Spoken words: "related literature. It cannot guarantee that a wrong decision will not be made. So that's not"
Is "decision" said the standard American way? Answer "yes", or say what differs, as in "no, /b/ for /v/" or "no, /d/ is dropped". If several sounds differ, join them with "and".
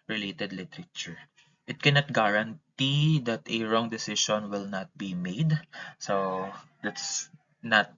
no, /ʃ/ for /ʒ/